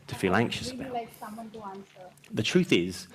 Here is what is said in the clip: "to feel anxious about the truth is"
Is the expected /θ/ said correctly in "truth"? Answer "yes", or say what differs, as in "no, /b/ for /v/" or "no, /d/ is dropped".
yes